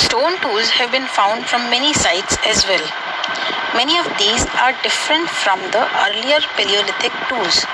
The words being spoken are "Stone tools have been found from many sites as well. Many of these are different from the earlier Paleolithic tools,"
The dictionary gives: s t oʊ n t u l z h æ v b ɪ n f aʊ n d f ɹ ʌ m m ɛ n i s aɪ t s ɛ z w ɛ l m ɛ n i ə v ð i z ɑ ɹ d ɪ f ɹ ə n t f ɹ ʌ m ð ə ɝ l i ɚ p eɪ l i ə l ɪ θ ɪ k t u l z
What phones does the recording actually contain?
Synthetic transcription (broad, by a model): s t oʊ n t u l z h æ v b ɪ n f aʊ n d f ɹ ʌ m m ɛ n i s aɪ t s ɛ z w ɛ l m ɛ n i ə v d i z ɑ ɹ d ɪ f ɹ ə n t f ɹ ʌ m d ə ɝ l i ɚ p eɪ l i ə l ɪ t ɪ k t u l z